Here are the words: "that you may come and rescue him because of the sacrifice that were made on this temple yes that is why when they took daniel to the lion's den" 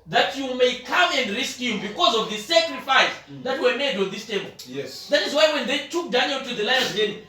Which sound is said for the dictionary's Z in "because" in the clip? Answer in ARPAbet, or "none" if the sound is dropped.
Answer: Z